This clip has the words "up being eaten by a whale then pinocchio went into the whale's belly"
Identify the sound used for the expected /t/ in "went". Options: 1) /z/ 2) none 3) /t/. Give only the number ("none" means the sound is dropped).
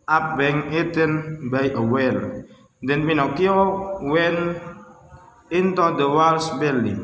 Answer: 2